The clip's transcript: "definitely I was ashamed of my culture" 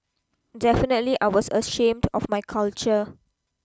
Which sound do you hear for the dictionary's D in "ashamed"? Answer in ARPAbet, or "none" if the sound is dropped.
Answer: D